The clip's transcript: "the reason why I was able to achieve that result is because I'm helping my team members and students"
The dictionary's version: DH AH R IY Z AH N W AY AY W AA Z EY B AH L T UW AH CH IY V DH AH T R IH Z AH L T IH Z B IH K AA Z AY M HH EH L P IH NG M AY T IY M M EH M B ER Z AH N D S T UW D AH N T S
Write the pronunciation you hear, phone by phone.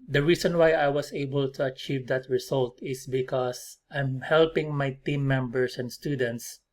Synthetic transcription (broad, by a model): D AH R IY S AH N W AY AY W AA S EY B AH L T UW AH CH IY V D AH T R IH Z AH L T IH S B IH K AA S AY M HH EH L P IH NG M AY T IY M M EH M B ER S AH N D S T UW D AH N T S